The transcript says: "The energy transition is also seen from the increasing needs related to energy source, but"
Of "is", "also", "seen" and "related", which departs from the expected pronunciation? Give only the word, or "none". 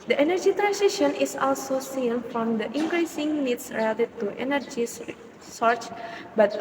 is